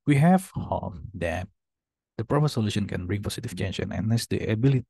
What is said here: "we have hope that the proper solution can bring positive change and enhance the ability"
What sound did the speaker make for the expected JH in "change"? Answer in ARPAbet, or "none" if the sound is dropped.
SH